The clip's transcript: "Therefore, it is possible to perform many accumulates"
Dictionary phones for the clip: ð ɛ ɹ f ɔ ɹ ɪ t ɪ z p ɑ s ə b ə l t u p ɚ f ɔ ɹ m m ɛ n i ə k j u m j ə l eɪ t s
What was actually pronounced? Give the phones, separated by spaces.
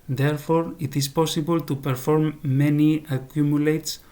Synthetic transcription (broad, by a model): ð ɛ ɹ f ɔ ɹ ɪ t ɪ s p ɑ s ə b ə l t u p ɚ f ɔ ɹ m m ɛ n i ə k j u m j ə l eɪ t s